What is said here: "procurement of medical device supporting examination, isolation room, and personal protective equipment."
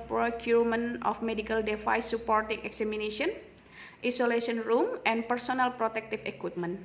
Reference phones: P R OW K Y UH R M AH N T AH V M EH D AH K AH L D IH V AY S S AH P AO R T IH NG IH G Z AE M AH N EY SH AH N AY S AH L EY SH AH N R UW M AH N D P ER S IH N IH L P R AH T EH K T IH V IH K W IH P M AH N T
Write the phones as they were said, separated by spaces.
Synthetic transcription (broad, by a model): P R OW K Y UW R M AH N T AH F M EH D AH K AH L D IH F AY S S AH P AO R T IH NG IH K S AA M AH N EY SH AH N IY S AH L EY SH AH N R UW M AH N P ER S IH N IH L P R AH T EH K T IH F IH K W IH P M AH N